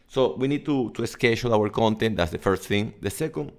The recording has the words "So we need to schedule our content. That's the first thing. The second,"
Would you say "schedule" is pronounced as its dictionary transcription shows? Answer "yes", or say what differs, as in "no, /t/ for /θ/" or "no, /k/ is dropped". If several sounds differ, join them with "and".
no, /ʃ/ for /dʒ/